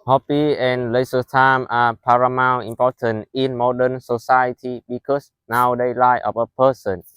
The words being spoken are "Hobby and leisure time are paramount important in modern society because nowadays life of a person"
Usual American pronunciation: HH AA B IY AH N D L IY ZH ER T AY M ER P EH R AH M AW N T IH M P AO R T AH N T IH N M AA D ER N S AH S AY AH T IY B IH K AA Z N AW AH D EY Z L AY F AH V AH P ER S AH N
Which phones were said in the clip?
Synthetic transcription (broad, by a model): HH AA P IY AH N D L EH S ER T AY M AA P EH R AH M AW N IH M P AO T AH N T IH N M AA D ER N S AH S AY AH T IY B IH K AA S N AW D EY L AY AH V AH P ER S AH N